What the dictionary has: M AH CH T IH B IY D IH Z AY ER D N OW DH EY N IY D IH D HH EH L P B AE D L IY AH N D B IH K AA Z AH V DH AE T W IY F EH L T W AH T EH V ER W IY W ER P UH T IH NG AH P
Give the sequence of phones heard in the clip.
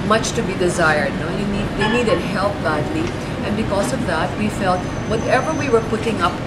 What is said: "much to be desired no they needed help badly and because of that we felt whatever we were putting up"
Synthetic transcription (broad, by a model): M AH CH T IH B IY D IH Z AY ER D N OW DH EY N IY D IH D HH EH L P B AE D L IY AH N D B IH K AA Z AH V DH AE T W IY F EH L T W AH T EH V ER W IY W ER P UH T IH NG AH P